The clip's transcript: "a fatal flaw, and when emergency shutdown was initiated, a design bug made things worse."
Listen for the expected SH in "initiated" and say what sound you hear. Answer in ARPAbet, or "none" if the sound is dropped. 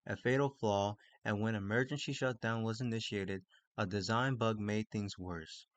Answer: SH